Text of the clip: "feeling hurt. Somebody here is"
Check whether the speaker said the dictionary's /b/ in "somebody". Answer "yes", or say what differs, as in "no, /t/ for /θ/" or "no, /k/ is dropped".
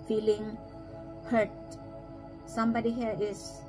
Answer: yes